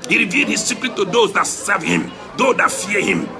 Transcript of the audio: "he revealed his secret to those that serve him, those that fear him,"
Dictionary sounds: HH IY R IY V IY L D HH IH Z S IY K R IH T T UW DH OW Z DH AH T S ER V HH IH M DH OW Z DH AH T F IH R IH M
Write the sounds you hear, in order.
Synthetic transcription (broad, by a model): HH IY R IY V IY L D HH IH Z S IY K R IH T T UW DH OW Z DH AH T S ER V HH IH M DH OW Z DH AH T F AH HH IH M